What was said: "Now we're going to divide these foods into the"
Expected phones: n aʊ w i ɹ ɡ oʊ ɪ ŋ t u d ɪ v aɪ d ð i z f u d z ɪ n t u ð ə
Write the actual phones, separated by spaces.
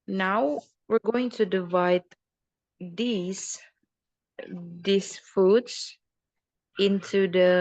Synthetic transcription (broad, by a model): n aʊ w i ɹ ɡ oʊ ɪ ŋ t u d ɪ v aɪ d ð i s f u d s ɪ n t u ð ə